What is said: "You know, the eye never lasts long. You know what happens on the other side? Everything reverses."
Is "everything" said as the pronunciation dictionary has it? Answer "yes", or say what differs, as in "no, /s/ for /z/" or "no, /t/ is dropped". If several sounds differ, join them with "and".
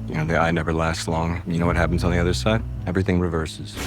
yes